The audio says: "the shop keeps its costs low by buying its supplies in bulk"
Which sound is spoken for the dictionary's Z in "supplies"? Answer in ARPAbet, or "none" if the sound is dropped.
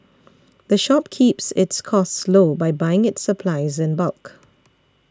Z